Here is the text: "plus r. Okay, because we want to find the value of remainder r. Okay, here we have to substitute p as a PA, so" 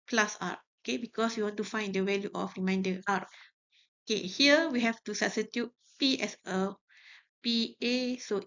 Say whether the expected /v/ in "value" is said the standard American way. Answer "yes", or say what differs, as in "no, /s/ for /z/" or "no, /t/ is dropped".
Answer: no, /w/ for /v/